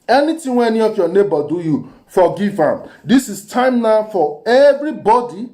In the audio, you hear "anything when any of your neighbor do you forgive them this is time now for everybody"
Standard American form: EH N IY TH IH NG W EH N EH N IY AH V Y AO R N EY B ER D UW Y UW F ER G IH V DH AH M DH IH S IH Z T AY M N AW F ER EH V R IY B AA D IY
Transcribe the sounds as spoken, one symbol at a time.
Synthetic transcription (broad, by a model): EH N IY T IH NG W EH EH N IY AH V Y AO N EY B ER D UW Y UW F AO G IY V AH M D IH S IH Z T AY M N AW F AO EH V R IY B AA D IY